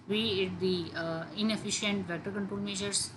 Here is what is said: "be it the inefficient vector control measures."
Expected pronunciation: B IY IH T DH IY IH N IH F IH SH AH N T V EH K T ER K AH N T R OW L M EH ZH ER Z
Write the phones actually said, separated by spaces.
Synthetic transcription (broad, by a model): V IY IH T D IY IH N IH F IH SH AH N T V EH T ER K AH N T R OW L M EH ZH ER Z